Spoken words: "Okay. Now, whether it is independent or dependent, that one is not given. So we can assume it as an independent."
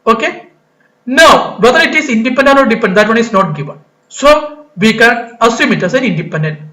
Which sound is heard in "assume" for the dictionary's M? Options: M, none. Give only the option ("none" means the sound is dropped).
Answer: M